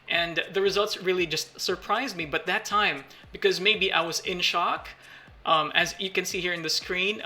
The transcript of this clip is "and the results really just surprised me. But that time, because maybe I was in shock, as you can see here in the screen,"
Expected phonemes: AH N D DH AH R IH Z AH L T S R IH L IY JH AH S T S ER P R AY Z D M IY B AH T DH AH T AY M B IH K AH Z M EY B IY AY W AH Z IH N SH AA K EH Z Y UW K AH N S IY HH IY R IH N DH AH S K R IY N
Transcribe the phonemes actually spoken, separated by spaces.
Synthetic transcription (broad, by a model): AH N DH AH R IH Z AH L T S R IH L IY JH AH S T S ER P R AY Z M IY B AH T DH AH T AY M B IH K AH Z M EY B IY AY W AH Z IH N SH AA K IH Z Y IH K AH N S IY HH IY R IH N DH AH S K R IY N